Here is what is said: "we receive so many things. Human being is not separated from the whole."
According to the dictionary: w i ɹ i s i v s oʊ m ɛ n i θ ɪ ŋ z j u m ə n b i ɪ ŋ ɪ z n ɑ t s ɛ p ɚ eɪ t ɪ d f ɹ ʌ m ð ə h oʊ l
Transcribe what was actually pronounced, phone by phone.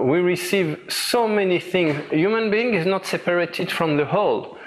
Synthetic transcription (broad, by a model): w i ɹ i s i v s oʊ m ɛ n i θ ɪ ŋ z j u m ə n b i ɪ ŋ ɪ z n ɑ t s ɛ p ɚ eɪ t ɪ d f ɹ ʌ m ð ə h oʊ l